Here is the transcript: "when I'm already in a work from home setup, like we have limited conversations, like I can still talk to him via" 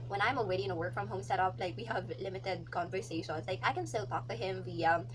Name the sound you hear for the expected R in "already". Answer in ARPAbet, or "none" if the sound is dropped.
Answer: W